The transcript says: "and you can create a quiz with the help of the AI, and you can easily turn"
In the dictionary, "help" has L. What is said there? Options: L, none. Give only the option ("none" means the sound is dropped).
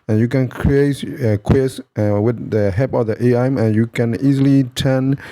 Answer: none